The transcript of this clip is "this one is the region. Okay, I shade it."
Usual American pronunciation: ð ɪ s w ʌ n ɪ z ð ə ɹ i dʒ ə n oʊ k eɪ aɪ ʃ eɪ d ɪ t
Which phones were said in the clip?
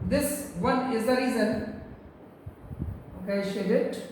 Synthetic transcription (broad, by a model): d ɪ s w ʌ n ɪ z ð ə ɹ i z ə n oʊ k eɪ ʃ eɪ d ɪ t